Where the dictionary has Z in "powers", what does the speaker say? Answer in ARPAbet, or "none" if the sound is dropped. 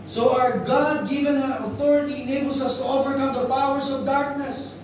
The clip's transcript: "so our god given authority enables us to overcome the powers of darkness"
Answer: S